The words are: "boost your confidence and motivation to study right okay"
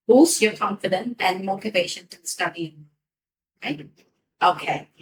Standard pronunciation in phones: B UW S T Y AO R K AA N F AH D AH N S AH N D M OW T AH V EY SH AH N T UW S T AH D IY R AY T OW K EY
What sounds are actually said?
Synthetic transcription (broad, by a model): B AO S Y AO K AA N F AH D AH N AH N M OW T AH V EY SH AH N T UW S T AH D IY R AY T OW K EY